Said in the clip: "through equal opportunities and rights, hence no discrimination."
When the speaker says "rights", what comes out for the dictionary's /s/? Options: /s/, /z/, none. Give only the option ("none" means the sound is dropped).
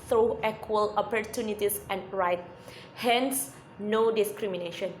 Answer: none